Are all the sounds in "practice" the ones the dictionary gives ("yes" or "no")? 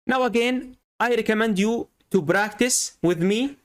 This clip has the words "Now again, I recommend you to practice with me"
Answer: no